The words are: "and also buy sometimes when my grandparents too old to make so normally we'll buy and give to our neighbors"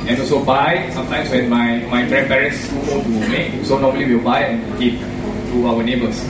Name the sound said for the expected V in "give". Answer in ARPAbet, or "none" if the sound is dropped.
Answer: P